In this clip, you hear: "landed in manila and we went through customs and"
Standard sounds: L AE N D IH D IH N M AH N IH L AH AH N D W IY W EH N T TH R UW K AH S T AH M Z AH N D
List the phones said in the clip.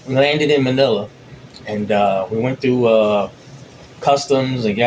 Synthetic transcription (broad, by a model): L AE N D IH D IH N M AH N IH L AH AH N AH W IY W EH N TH R UW K AH S T AH M Z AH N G